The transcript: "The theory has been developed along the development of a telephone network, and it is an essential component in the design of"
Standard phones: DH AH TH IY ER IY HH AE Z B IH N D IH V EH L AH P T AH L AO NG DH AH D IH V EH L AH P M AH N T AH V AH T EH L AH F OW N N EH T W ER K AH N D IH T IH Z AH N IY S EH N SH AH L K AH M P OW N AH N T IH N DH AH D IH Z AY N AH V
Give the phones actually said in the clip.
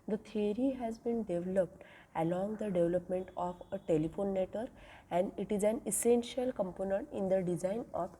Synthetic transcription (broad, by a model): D AH T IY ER IY HH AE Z B IH N D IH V L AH P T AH L AO NG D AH D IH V L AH P M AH N T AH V AH T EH L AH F OW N N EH T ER AH N D IH T IH Z AH N IY S EH N SH AH L K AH M P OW N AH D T IH N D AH D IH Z AY N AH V